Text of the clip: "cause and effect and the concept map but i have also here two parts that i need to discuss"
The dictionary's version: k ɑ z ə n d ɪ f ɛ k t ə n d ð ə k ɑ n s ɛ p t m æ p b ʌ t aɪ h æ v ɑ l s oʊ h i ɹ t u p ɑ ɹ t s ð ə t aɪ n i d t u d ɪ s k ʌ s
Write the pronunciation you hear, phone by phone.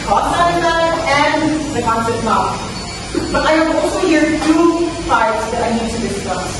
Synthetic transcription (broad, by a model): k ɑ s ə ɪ ɑ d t ə n d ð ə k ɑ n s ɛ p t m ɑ b ʌ t aɪ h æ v ɑ l s oʊ h i ɹ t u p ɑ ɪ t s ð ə t aɪ n i d t u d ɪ s k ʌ s